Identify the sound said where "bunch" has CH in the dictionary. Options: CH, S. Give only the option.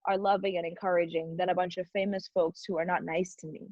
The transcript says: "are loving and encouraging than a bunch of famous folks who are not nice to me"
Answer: CH